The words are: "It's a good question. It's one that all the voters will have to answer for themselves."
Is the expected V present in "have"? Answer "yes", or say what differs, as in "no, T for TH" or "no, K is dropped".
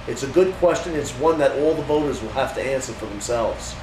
no, F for V